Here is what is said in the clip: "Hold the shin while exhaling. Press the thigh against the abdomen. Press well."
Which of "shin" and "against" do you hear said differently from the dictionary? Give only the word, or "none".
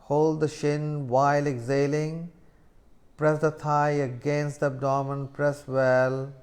none